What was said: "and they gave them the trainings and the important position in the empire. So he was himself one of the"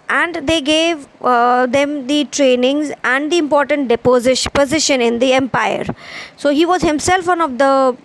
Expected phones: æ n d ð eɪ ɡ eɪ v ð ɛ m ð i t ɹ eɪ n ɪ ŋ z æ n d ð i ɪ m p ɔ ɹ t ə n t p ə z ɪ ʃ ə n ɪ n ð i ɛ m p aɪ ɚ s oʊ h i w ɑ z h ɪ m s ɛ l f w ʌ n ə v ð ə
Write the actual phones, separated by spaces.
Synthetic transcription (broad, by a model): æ n d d eɪ ɡ eɪ v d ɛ m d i t ɹ eɪ n ɪ ŋ z æ n d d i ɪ m p ɔ ɹ t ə n t p ə z ɪ ʃ ə n ɪ n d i ɛ m p aɪ ɚ s oʊ h i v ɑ z h ɪ m s ɛ l f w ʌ n ə v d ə